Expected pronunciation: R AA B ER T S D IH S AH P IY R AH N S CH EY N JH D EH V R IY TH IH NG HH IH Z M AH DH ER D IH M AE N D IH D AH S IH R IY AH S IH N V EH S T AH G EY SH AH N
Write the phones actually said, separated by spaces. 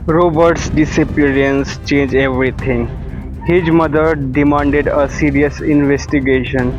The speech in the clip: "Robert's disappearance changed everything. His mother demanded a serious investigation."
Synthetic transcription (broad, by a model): R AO B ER T S D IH S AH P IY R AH N S CH EY N JH EH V R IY T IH NG HH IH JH M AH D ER D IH M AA N D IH D AH S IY R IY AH S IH N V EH S T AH G EY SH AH N